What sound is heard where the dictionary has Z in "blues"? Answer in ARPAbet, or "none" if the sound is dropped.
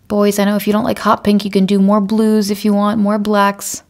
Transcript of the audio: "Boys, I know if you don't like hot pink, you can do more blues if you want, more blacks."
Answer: Z